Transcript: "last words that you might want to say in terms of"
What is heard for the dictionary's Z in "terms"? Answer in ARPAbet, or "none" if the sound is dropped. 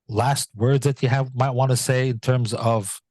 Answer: Z